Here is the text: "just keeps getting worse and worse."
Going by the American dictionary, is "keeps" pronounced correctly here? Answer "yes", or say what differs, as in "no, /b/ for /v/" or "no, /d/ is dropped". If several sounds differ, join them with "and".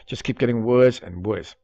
no, /s/ is dropped